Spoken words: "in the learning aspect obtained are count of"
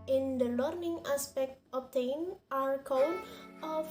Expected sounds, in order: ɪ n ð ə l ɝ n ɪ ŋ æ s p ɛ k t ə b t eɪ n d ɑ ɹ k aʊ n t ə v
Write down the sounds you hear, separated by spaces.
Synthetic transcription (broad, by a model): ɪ n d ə l ɝ n ɪ ŋ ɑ s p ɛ k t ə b t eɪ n ɑ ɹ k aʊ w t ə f